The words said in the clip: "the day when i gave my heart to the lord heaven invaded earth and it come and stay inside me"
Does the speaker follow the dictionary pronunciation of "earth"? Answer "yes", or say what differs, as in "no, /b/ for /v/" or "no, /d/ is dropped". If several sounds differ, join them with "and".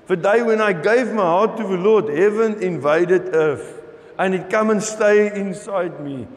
no, /f/ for /θ/